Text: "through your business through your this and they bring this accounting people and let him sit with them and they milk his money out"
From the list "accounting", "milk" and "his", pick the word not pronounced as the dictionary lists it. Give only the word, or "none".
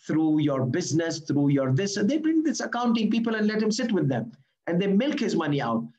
none